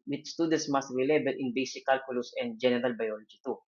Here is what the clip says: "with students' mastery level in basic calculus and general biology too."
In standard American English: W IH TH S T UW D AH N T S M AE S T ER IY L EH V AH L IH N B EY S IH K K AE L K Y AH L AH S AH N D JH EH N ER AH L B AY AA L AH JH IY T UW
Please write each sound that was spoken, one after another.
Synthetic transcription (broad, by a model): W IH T S T UW D AH N T S M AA S T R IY L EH B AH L IH N B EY S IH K K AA L K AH L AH S AH N D JH EH N ER AH L B AY AA L AH JH IY T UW